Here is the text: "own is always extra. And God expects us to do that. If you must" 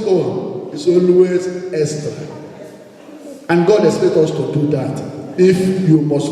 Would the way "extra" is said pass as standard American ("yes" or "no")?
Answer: no